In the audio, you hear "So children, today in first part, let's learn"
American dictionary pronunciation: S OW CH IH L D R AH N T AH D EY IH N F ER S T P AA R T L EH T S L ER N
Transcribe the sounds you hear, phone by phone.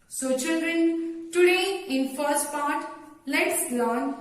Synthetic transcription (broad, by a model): S OW CH IH L D R AH N T AH D EY IH N F ER S T P AA R T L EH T S L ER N